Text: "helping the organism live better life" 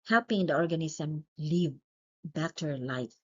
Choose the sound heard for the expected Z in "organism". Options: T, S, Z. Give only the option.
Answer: S